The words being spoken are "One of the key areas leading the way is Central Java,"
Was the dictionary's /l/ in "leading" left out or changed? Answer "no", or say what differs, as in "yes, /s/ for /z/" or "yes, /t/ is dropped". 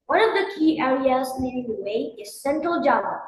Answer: yes, /n/ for /l/